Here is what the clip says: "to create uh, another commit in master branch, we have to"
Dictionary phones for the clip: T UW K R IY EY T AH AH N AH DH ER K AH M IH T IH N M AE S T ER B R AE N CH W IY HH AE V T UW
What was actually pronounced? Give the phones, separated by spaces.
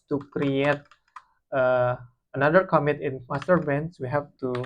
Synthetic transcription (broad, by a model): T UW K R IY EY T AH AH N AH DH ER K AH M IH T IH N M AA S T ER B EH N S W IY HH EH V T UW